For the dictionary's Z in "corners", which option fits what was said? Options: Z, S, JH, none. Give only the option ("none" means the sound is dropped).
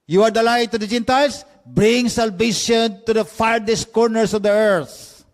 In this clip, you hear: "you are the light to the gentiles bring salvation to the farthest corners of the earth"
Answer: S